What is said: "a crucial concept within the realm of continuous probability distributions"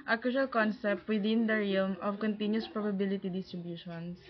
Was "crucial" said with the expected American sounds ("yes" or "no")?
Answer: no